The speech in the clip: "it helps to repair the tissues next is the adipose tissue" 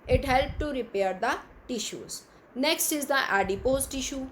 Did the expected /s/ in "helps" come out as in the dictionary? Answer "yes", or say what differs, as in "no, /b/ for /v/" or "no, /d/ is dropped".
no, /s/ is dropped